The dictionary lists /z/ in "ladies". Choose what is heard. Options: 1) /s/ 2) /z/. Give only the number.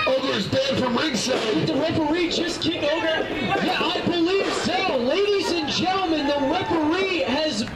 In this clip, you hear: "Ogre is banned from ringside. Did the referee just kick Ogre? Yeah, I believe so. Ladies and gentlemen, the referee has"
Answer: 2